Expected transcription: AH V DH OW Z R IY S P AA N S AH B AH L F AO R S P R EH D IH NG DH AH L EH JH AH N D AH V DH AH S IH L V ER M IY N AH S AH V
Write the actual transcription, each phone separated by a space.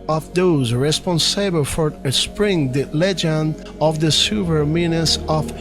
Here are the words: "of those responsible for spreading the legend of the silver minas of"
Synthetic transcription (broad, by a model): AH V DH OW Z R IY S P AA N S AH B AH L F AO R S P R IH NG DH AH L EH JH AH N D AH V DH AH S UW V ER M IY N AH S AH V